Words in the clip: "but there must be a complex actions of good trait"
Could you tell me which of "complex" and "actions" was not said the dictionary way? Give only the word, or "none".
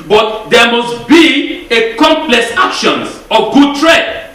actions